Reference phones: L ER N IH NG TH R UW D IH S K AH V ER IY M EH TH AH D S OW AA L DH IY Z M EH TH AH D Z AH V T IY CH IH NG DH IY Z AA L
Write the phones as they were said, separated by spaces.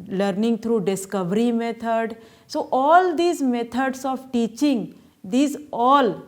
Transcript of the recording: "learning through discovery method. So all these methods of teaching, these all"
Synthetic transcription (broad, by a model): L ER N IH NG T R UW D IH S K AH V ER IY M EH T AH D S OW AA L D IY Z M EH T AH D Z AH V T IY CH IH NG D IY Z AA L